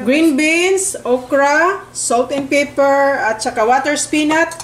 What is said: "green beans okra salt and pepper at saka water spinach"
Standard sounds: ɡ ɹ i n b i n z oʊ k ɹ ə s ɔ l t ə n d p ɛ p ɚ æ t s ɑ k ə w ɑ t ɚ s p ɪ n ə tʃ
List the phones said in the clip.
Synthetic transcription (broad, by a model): ɡ ɹ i n b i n s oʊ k ɹ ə s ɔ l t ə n p ɛ p ɚ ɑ t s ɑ k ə w ɑ t ɚ s p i n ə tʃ